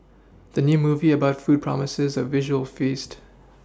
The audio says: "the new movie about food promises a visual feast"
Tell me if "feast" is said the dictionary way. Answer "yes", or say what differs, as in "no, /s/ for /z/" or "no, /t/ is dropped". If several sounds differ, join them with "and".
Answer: yes